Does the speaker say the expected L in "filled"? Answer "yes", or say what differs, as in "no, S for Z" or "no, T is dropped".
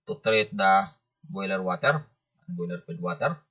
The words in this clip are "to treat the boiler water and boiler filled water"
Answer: no, L is dropped